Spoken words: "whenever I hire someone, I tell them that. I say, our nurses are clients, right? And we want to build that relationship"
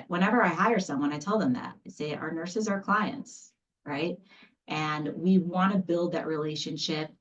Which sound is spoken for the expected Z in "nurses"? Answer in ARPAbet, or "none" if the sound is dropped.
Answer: Z